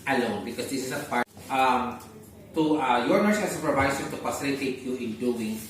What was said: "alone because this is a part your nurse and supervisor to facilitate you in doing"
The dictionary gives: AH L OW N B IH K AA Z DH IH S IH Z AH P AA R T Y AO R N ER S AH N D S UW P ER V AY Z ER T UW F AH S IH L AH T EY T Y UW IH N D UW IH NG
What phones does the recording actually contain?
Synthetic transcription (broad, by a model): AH L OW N B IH K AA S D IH S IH S AH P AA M T Y AO R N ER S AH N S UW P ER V AY S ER T UW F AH S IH L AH T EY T Y UW IH N D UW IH NG